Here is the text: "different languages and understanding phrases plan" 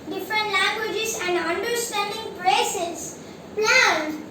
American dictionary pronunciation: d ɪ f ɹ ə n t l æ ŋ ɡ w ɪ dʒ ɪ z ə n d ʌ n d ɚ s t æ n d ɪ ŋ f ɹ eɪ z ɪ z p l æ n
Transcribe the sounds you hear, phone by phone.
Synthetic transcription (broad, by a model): d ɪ f ɹ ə n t l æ ŋ ɡ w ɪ dʒ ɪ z ə n d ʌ n d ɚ s t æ n d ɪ ŋ p ɹ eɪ s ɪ s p l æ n